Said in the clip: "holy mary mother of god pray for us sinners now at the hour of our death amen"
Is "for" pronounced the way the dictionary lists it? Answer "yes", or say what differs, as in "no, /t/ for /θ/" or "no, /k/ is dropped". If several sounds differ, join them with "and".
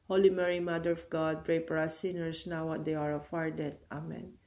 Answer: no, /p/ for /f/